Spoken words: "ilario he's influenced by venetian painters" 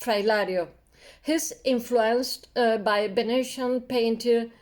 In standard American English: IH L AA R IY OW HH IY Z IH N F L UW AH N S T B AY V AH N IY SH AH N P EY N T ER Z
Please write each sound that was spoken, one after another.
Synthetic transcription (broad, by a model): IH L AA R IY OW HH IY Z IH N F L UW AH N S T B AY B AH N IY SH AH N P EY N T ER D